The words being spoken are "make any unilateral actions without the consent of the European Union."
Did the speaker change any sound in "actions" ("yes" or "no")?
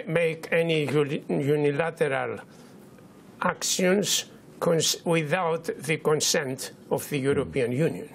yes